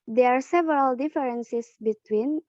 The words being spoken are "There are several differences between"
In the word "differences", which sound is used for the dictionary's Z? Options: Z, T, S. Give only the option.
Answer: S